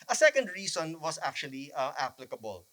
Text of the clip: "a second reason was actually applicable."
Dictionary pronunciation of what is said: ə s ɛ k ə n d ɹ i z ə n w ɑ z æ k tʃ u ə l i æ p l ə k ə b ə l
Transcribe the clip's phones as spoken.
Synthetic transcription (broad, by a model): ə s ɛ k ə n d ɹ i s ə n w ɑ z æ k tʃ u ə l i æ p l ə k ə b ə l